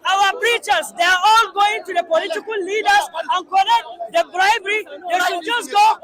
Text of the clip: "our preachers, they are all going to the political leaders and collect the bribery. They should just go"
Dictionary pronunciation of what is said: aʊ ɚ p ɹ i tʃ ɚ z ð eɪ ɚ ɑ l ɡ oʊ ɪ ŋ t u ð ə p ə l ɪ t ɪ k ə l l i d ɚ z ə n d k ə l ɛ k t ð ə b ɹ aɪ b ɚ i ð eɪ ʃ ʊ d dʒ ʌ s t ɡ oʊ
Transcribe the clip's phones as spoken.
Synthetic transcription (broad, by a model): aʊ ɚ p ɹ i tʃ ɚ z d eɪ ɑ ɑ l ɡ oʊ ɪ ŋ t u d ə p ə l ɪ t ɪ k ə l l i d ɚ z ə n k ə n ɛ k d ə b ɹ aɪ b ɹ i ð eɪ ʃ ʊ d dʒ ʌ s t ɡ oʊ